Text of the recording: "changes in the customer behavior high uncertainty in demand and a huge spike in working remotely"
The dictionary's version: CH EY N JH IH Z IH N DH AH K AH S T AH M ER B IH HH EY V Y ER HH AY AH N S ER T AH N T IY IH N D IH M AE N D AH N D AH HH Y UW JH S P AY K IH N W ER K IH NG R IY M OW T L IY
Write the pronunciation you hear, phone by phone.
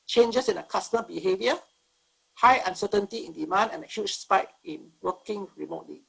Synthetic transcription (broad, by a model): CH EY N JH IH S IH N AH K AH S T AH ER B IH HH EY V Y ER HH AY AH N S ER T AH N T IY IH N D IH M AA N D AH N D AH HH Y UW CH S P AY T IH N W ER K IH NG R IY M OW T L IY